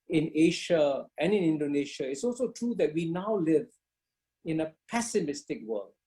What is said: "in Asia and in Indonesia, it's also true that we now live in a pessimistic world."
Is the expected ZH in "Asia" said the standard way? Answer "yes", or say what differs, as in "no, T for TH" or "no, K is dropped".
no, SH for ZH